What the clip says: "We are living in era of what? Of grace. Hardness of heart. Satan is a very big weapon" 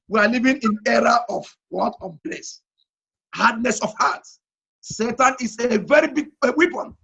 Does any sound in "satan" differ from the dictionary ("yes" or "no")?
no